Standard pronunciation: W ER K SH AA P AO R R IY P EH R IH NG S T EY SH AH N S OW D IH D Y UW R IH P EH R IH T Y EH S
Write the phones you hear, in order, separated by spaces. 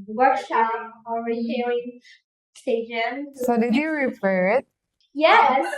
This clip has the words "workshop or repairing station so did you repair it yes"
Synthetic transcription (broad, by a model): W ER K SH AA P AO L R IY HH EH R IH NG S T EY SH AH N S OW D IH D Y UW R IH F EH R IH T Y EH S